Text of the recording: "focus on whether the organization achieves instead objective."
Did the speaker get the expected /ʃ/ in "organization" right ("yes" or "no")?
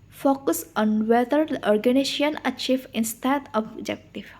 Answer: no